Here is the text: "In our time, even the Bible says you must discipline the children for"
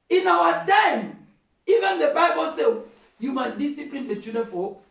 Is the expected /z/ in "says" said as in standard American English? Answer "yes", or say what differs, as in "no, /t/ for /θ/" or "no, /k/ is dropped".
no, /z/ is dropped